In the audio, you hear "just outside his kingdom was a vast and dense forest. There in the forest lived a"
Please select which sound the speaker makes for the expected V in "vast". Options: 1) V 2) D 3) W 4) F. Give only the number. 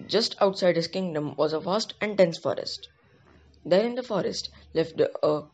4